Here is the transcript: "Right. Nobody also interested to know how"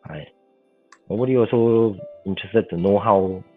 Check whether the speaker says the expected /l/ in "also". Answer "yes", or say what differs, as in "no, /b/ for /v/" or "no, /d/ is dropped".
no, /l/ is dropped